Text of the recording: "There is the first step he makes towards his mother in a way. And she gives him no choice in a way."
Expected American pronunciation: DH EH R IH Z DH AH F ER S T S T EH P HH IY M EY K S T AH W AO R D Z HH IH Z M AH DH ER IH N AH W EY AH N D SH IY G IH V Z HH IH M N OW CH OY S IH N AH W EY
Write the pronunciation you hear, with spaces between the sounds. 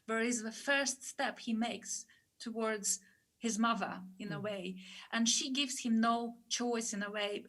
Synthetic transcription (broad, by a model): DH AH R IH Z DH AH F ER S T S T EH P HH IY M EY K S T AH W AO R D Z HH IH Z M AH DH ER IH N AH W EY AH N SH IY G IH V Z HH IH M N OW CH OY S IH N AH W EY